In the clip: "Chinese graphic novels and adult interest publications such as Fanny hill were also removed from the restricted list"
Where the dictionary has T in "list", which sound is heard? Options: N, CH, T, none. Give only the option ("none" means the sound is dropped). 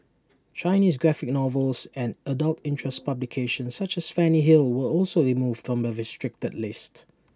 T